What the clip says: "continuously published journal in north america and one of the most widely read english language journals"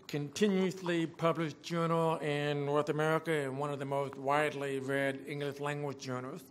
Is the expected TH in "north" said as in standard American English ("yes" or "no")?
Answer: yes